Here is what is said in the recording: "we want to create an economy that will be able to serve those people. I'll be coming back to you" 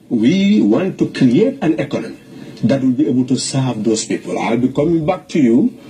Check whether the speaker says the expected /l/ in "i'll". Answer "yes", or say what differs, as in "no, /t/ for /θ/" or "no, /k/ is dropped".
yes